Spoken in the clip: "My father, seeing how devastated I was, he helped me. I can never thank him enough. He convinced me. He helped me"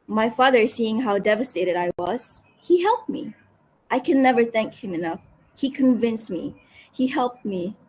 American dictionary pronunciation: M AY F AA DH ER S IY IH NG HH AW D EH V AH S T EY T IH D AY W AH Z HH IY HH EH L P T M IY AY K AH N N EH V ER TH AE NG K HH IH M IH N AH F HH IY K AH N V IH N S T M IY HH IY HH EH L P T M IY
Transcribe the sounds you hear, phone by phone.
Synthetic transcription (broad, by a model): M AY F AA DH ER S IY IH NG HH AW D EH V AH S T EY T IH D AY W AH Z HH IY HH EH L P T M IY AY K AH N N EH V ER TH AE NG K HH IH M IH N AH F HH IY K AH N V IH N S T M IY HH IY HH EH L P T M IY